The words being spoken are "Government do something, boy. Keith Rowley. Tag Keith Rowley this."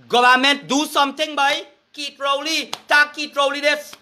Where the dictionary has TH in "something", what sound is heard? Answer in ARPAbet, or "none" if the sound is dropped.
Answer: T